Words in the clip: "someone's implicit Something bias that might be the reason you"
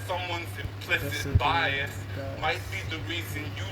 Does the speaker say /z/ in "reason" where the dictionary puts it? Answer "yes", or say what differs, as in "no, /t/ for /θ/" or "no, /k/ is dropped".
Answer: yes